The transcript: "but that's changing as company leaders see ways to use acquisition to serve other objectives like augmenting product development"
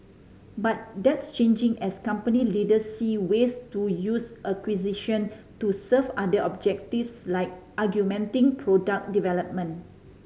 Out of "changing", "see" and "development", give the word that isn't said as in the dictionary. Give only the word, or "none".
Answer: development